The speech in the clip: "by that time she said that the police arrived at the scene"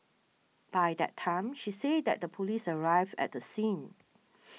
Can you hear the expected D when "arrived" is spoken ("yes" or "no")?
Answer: no